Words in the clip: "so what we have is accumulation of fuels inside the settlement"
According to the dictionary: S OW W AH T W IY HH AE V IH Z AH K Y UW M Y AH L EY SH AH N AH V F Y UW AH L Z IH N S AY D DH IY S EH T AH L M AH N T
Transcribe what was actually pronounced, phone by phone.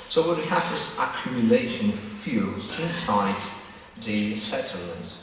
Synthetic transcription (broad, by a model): S OW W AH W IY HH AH V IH S AH K Y UW M Y AH L EY SH AH N AH V F Y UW L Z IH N S AY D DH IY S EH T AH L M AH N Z